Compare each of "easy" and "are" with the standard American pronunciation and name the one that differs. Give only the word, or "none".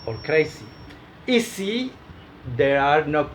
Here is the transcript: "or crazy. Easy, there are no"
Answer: easy